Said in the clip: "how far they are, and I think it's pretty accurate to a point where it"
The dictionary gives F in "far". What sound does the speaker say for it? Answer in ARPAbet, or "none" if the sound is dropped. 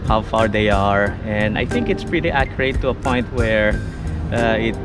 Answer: F